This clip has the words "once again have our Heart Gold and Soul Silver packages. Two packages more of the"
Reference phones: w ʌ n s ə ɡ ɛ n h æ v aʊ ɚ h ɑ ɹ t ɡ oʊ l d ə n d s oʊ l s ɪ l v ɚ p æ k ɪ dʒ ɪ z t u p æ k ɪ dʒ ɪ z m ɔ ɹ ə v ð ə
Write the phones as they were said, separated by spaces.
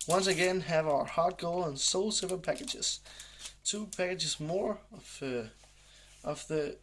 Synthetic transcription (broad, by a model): w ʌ n s ə ɡ ɛ n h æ v aʊ ɚ h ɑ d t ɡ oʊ l ə n s oʊ l s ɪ v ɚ p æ k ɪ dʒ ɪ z t u p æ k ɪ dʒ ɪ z m ɔ ɹ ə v ð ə